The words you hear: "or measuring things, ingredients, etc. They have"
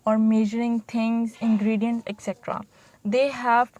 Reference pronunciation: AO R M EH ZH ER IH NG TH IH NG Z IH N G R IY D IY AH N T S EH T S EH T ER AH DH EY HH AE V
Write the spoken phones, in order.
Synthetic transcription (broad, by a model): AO R M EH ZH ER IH NG T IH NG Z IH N G R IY D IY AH N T EH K S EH T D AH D EY HH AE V